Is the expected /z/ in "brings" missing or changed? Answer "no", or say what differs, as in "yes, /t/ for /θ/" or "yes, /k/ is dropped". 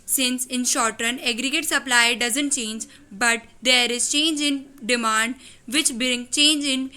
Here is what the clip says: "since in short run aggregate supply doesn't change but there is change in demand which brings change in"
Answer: yes, /z/ is dropped